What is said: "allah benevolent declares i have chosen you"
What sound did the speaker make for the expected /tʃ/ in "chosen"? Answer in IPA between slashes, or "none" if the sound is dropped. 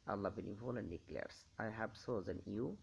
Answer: /s/